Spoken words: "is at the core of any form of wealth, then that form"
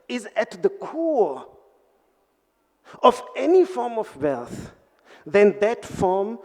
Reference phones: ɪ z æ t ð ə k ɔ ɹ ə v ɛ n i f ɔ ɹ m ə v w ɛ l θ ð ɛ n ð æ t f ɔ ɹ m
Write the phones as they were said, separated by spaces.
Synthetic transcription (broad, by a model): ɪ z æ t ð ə k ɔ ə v ɛ n i f ɔ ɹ m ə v w ɛ l θ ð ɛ n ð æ t f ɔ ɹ m